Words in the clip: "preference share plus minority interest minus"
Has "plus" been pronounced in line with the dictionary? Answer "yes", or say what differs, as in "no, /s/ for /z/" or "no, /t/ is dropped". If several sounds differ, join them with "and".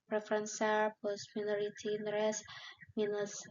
no, /l/ is dropped